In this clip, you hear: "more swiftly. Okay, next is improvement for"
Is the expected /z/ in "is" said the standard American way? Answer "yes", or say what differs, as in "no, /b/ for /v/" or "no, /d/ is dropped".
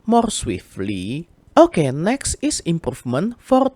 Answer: no, /s/ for /z/